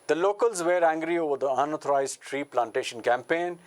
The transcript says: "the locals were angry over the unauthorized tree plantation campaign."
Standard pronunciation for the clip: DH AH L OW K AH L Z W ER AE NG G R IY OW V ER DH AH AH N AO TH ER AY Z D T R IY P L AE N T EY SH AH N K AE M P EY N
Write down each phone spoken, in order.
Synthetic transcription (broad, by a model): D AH L OW K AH L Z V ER AE NG G R IY OW V ER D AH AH N AO T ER AY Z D T R IY P L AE N T EY SH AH N K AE M P EY N